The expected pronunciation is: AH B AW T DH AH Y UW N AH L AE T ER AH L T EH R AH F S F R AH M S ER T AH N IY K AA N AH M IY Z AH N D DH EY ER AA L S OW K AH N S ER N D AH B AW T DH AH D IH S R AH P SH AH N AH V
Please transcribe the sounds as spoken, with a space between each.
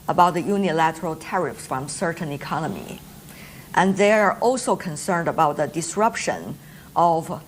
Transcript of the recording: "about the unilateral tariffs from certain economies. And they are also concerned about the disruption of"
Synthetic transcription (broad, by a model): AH B AW T DH AH Y UW N AH L AE T ER AH L T EH R AH F S F R AH M S ER T N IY K AA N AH M IY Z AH N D DH EY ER AA L S OW K AH N S ER N D AH B AW T DH AH D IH S R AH P SH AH N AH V